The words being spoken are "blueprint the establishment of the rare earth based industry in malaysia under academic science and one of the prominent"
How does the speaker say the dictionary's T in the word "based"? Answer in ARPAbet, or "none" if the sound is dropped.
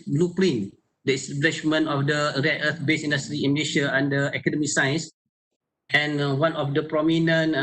none